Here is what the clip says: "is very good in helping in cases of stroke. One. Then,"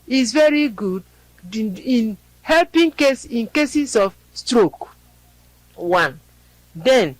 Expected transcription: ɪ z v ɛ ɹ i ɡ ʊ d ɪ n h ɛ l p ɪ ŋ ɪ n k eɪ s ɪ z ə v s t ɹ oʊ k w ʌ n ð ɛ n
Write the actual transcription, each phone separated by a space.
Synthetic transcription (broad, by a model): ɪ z v ɛ ɹ i ɡ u d ɪ n h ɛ l p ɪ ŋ ɪ n k eɪ s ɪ s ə f s t ɹ oʊ k w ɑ n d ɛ n